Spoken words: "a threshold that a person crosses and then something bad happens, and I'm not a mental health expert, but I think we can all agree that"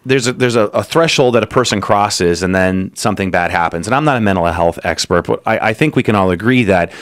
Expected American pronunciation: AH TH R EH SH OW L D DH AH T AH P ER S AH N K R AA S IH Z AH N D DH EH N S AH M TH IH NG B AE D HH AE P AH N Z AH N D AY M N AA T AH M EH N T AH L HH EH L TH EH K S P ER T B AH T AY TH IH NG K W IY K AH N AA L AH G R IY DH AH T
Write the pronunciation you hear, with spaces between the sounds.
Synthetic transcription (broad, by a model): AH TH R EH SH OW L D DH AH T AH P ER S AH N K R AA S IH Z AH N DH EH N S AH M TH IH NG B AE D HH AE P AH N Z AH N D AY M N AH T AH M EH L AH HH EH L TH EH K S P ER T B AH T AY TH IH NG K W IY K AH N AA L AH G R IY DH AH T